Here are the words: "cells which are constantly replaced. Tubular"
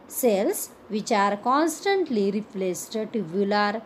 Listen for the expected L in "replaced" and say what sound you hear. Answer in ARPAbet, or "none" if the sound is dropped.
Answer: L